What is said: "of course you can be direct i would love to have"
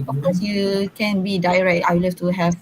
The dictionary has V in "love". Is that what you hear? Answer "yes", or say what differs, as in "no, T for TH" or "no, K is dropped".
no, F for V